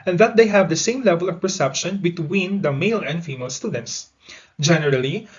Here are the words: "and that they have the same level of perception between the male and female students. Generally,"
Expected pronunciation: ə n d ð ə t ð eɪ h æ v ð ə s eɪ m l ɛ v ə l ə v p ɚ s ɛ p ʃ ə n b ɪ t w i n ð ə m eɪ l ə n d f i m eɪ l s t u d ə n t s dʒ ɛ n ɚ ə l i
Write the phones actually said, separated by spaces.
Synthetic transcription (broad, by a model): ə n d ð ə t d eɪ h æ v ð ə s eɪ m l ɛ v ə l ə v p ɚ s ɛ p ʃ ə n b ɪ t w i n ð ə m eɪ l ə n d f i m eɪ l s t u d ə n t s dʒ ɛ n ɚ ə l i